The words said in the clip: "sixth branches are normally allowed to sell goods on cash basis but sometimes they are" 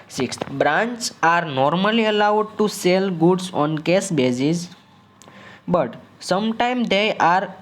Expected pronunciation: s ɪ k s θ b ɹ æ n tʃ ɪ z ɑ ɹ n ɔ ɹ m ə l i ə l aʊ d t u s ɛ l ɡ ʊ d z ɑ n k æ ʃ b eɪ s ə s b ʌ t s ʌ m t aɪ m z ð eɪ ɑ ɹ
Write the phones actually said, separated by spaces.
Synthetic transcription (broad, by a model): s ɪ k s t b ɹ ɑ n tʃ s ɑ ɹ n ɔ ɹ m ə l i ə l aʊ d t u s ɛ l ɡ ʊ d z ɑ n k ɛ s b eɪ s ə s b ʌ t s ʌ m t aɪ m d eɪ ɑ ɹ